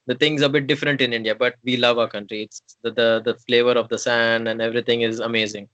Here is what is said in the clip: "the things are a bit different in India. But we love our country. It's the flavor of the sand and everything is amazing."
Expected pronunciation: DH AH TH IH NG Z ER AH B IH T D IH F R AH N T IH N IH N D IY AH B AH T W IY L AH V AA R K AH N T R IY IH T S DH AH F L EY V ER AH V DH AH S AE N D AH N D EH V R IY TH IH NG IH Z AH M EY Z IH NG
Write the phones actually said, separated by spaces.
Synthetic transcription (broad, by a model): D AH T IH NG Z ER AH B IH T D IH F R AH N T IH N IH N D IY AH B AH T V IY L AH V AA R K AH N T R IY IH T S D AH F L EY V ER AH V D AH S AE N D AH N D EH V R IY T IH NG IH Z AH M EY Z IH NG